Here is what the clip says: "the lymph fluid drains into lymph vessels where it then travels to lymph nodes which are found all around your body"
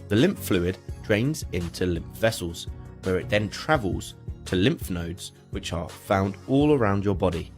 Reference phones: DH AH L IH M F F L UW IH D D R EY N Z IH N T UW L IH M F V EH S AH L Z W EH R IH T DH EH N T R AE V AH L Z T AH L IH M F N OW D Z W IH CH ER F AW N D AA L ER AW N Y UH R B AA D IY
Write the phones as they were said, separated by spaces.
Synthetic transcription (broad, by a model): DH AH L IH M P F L UW IH D D R EY N Z IH N T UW L IH M P V EH S AH L Z W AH R IH T DH EH N T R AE V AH L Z T AH L IH M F N OW D Z W IH CH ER F AW N D AA L ER AW N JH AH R B AA D IY